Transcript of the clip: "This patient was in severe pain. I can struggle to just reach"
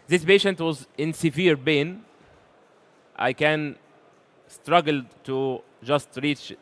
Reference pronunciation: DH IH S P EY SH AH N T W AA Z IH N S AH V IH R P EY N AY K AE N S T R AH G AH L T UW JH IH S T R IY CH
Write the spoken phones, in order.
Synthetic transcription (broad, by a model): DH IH S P EY SH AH N T W AA Z IH N S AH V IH R B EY N AY K AE N S T R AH G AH L T UW JH IH S T R IY CH